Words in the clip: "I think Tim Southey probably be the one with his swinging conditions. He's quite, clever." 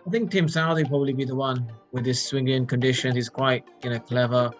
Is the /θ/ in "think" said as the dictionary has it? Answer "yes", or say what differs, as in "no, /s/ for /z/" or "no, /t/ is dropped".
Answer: yes